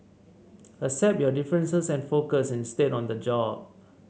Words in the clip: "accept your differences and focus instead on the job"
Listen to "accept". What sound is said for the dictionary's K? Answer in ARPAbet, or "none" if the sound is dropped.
none